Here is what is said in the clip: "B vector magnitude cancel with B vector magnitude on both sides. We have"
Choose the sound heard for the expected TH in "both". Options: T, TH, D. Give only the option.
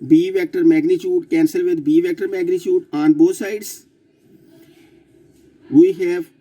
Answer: T